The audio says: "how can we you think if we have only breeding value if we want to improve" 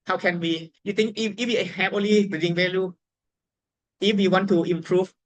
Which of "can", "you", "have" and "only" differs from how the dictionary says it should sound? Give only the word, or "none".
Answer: have